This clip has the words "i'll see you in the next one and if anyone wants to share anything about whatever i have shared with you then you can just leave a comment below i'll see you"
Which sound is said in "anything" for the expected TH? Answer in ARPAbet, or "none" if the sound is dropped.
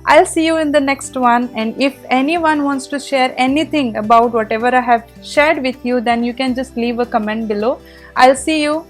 T